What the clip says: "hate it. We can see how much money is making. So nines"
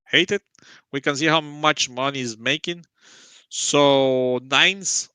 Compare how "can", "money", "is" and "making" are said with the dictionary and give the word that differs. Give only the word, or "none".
none